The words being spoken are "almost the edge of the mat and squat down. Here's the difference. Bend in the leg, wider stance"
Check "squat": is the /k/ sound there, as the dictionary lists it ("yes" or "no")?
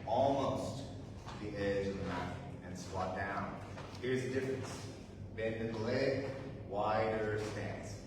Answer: no